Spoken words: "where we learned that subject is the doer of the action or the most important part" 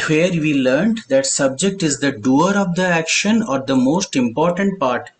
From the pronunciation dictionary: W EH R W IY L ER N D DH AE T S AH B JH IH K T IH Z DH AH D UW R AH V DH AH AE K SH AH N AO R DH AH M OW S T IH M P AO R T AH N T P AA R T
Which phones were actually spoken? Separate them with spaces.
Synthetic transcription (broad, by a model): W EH R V IY L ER N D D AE T S AH B JH IH K T IH Z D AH D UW R AH V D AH AE K SH AH N AO R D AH M OW S T IH M P AO R T AH N T P AA R T